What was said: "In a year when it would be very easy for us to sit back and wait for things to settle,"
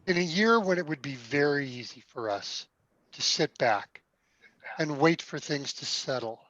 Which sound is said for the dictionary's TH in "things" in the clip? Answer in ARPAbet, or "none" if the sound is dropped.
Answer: TH